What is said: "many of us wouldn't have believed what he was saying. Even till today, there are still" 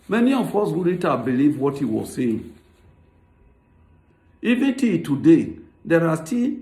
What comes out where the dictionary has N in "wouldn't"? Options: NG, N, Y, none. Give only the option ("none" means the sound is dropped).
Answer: none